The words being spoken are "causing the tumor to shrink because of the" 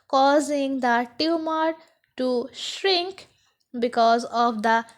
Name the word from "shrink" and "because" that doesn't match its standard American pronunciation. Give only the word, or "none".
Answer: none